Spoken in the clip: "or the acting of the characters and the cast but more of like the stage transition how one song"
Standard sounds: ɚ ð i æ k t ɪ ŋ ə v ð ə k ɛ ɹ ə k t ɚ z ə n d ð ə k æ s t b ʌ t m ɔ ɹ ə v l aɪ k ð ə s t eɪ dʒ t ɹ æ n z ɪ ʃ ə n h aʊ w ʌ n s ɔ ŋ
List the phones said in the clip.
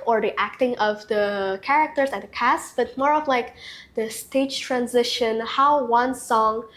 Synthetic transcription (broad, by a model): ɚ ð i æ k t ɪ ŋ ə v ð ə k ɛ ɹ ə k t ɚ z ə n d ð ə k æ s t b ʌ t m ɔ ɹ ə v l aɪ k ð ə s t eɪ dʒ t ɹ æ n z ɪ ʃ ə n h aʊ w ʌ n s ɔ ŋ